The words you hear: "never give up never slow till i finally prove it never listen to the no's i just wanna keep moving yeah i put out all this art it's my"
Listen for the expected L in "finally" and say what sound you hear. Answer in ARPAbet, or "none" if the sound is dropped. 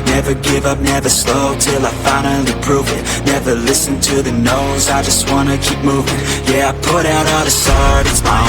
none